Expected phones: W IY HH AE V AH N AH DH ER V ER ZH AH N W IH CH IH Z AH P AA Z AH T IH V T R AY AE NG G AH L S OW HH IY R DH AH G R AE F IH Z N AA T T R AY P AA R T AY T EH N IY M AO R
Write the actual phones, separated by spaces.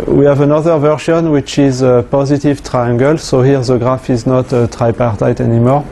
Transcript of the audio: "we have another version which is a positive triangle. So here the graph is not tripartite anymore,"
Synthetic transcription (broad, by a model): W IY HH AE V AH N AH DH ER V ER SH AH N W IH CH IH Z AH P AA Z AH T IH V T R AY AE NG G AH L S OW HH IY R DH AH G R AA F IH Z N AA T T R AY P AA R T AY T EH N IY M AO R